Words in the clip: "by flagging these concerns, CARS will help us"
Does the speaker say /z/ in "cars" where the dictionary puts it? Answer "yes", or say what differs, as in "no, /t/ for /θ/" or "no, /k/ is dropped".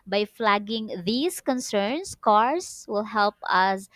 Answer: no, /s/ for /z/